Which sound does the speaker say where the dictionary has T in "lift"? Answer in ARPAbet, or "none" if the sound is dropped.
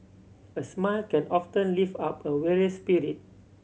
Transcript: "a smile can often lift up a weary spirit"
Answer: none